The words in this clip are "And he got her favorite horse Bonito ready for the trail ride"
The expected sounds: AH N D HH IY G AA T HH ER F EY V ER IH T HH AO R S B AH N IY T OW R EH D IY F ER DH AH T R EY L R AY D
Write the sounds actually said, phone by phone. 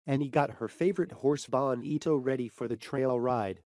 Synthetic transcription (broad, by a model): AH N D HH IY G AA T HH ER F EY V ER IH T HH AO R S B AH N IY T OW R EH D IY F ER DH AH T R EY L R AY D